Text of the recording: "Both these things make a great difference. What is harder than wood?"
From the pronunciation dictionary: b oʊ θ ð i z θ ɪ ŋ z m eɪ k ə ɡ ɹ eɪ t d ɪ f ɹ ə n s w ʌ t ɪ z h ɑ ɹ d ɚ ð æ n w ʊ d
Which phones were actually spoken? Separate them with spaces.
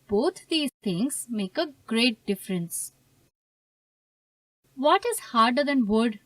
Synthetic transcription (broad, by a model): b oʊ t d i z t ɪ ŋ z m eɪ k ə ɡ ɹ eɪ t d ɪ f ɹ ə n s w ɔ t ɪ z h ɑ ɹ d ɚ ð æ n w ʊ d